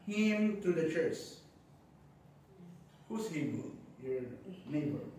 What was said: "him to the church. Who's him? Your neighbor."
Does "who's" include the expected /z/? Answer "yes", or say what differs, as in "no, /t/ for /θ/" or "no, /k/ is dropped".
no, /s/ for /z/